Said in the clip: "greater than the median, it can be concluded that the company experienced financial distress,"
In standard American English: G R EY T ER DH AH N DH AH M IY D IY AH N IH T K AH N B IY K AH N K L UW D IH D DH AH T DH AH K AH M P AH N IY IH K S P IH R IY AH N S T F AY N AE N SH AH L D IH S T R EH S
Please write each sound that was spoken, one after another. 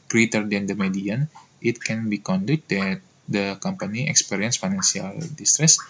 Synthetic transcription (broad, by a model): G R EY T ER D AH N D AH M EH D IY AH N IH T K AH N B IY K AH N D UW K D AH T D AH K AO M P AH N IY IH K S P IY R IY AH N S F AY N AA N S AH L D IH S T R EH S